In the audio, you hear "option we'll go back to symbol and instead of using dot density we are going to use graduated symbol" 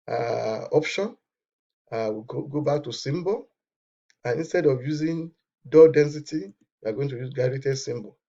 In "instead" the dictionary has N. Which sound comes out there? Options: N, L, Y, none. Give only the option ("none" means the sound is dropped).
N